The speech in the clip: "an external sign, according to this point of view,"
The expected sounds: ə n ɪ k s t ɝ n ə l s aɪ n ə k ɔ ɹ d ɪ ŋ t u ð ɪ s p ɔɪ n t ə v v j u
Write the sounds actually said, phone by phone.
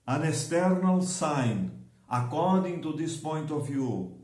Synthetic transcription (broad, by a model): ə n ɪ s t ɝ n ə l s aɪ n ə k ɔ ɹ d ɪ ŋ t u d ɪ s p ɔɪ n t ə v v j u